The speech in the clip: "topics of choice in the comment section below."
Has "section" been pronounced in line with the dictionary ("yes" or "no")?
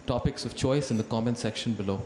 yes